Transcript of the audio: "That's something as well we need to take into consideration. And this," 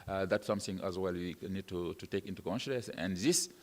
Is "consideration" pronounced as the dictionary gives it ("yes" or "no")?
no